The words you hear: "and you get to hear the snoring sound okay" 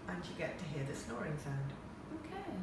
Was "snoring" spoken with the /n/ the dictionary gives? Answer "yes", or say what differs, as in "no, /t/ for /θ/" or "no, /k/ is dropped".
yes